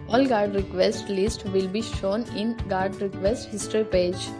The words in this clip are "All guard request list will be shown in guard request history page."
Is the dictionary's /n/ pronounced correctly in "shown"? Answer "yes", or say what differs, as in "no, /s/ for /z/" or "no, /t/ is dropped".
yes